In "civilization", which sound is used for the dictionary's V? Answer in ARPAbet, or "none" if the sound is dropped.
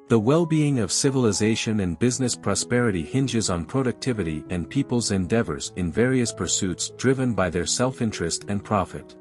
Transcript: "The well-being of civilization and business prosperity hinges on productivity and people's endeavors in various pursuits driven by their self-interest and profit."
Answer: V